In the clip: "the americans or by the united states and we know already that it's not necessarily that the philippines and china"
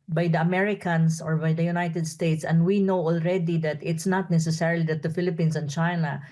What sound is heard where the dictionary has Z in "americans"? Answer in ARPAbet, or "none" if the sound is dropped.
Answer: S